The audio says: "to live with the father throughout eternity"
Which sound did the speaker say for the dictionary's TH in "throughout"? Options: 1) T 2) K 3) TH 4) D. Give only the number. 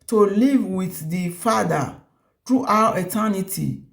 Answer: 1